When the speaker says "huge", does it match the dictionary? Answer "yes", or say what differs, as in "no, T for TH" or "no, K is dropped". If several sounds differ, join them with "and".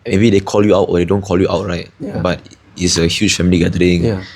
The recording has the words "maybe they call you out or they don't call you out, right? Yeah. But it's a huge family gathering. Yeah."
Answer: no, CH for JH